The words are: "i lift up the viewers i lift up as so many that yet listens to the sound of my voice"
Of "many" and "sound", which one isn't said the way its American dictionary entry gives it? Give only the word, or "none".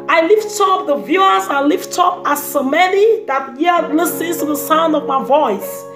none